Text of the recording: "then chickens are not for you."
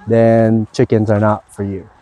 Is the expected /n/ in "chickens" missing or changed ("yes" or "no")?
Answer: no